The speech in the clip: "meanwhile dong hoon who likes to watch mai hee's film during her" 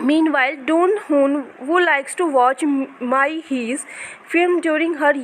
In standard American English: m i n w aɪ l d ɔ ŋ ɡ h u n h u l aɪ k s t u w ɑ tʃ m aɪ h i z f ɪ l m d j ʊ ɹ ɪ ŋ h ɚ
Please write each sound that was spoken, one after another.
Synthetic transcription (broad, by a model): m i n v aɪ l d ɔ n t h u n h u l aɪ k s t u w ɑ tʃ m aɪ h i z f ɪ m d j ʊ ɹ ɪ ŋ h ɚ